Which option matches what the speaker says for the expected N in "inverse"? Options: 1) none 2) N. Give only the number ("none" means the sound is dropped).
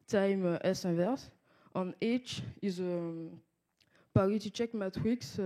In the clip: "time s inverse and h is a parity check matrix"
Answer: 1